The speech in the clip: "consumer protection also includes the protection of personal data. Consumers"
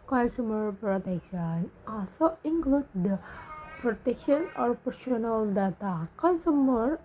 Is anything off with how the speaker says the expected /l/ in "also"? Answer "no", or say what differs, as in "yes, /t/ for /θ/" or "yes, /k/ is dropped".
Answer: yes, /l/ is dropped